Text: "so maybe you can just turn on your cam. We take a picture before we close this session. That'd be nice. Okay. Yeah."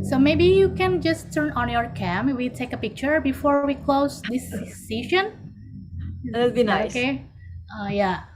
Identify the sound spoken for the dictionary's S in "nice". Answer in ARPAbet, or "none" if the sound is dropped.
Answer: none